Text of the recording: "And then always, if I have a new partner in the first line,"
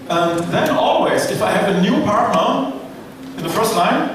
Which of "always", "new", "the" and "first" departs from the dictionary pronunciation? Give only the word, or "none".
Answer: none